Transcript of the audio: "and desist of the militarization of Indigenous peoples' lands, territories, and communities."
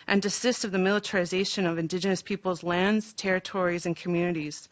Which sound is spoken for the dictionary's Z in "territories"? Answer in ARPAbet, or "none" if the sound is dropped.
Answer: Z